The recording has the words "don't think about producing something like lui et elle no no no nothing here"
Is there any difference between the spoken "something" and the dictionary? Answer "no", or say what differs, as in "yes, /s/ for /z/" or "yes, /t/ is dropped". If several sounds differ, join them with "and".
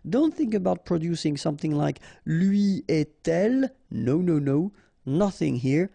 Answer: no